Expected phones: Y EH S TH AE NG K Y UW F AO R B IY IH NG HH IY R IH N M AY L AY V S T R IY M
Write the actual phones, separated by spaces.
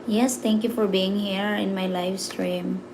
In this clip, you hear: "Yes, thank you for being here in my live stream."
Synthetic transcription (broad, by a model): Y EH S T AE NG K Y UW F AO R B IY IH NG HH IY R IH N M AY L AY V S T R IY M